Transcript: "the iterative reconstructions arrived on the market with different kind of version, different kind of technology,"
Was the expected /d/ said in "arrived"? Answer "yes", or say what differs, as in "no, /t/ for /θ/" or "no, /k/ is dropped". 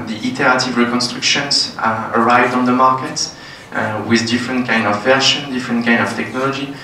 yes